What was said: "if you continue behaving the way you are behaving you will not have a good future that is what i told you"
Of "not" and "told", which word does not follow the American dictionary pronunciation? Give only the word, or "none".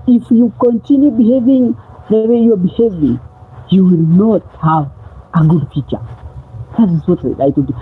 told